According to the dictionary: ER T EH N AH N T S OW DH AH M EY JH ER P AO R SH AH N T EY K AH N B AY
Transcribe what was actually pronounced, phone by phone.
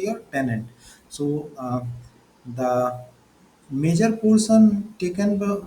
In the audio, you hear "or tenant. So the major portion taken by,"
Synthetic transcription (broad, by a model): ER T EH N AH N T S OW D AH M EY JH ER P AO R S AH N T EY K AH N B